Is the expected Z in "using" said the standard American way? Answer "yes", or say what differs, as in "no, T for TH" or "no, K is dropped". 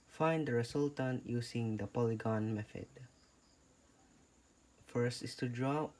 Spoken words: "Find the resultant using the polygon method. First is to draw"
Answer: no, S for Z